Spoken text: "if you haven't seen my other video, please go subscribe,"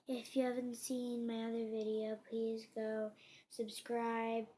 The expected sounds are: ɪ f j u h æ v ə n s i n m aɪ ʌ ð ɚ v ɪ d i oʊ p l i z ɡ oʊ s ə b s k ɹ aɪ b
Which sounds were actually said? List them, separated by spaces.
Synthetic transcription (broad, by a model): ɪ f j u h æ v ə n s i n m aɪ ʌ ð ɚ v ɪ d i oʊ p l i z ɡ oʊ s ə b s k ɹ aɪ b